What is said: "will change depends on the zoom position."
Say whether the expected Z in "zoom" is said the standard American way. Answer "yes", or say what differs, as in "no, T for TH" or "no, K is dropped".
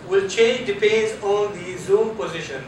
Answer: yes